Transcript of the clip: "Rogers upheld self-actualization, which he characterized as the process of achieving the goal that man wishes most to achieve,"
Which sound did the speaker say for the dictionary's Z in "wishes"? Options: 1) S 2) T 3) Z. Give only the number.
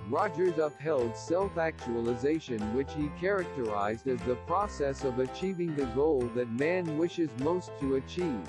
3